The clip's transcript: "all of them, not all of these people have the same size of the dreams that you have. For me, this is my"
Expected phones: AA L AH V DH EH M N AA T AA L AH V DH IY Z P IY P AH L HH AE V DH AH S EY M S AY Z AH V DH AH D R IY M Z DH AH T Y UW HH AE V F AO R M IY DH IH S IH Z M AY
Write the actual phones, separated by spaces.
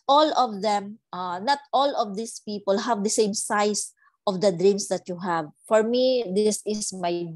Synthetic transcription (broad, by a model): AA L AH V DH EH M N AA T AA L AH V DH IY S P IY P AH L HH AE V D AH S EY M S AY S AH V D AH D R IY M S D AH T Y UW HH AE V F AO R M IY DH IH S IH S M AY